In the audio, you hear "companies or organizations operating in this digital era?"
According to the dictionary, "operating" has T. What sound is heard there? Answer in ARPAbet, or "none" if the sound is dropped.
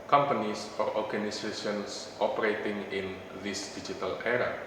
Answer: T